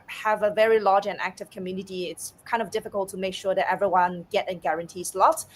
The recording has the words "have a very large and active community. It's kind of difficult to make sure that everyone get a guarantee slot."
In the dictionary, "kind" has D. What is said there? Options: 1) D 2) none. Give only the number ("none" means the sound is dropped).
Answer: 1